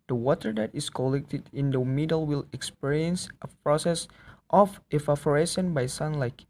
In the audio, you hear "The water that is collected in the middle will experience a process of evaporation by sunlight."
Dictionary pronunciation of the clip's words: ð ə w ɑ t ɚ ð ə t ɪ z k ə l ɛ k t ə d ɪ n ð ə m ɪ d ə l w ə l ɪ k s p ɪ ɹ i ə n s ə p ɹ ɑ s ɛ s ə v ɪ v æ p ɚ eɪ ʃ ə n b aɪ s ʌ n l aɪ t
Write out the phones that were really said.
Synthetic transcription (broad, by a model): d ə w ɑ t ɚ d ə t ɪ s k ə l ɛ k t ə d ɪ n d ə m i d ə l w ə l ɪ k s p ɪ ɹ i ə n s ə p ɹ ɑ s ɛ s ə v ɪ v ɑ f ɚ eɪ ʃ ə n b aɪ s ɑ n l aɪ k